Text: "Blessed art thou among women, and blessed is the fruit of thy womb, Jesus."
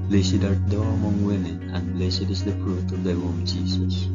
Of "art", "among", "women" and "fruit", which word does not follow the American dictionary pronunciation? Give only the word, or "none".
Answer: fruit